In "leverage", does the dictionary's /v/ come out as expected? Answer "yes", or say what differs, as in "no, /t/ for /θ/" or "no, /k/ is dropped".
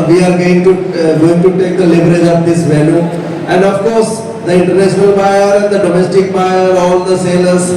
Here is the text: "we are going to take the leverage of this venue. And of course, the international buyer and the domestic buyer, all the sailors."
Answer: no, /b/ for /v/